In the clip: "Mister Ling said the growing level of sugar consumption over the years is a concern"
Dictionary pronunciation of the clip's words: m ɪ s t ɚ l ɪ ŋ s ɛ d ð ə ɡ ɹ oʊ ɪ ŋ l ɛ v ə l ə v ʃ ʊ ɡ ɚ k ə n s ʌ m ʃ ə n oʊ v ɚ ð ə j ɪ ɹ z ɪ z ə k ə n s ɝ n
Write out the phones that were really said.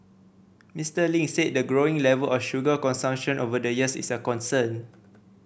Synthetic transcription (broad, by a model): m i s t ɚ l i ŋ s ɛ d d ə ɡ ɹ oʊ ɪ ŋ l ɛ v ə l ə f ʃ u ɡ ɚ k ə n s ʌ m ʃ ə n oʊ v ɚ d ə j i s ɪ s ə k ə n s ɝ n